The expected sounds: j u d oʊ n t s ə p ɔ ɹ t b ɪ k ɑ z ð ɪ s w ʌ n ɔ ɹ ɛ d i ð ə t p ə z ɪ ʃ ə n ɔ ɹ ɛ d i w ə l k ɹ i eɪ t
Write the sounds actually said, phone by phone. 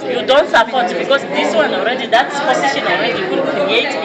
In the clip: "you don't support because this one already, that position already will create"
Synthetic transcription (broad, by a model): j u d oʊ n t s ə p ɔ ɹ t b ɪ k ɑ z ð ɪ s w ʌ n ɔ ɹ ɛ d i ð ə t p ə s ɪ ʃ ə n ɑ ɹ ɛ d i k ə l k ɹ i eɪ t